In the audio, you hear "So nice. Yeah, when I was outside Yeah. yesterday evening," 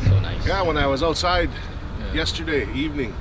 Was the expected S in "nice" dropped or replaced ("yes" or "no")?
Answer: yes